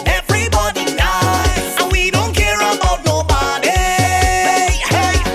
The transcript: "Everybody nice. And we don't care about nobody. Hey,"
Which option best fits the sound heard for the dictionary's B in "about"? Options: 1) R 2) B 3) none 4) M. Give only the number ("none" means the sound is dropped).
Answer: 3